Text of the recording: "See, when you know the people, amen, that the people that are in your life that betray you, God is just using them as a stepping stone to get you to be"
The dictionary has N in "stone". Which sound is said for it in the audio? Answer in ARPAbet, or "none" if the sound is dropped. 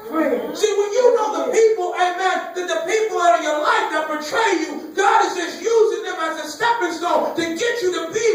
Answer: L